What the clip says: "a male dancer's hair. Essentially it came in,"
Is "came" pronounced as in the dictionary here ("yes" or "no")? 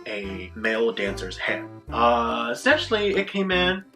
yes